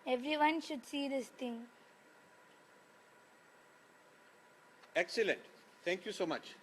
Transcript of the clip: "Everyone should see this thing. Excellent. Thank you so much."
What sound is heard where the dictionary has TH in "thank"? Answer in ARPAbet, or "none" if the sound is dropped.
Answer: T